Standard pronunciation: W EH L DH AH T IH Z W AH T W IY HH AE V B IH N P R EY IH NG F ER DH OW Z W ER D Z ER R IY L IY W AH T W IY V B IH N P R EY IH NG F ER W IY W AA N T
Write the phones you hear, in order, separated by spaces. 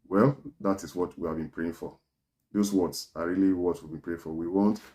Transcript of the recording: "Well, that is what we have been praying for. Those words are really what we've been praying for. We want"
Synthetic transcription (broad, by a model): W EH L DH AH T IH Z W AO T W IY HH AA V B IH N P R EY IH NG F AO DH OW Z W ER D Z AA R IY L IY W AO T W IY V B IH N P R EY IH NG F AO W IY W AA N T